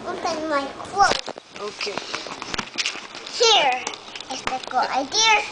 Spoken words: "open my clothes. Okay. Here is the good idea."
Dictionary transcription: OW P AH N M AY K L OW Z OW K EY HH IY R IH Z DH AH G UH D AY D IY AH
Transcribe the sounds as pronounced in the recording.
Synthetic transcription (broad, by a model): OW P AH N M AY K W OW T OW K EY HH IY R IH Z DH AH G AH AY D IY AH